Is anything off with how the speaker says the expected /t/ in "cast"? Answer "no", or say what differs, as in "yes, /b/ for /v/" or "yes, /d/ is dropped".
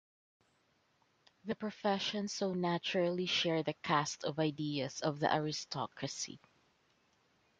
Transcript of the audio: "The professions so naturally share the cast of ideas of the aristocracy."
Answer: no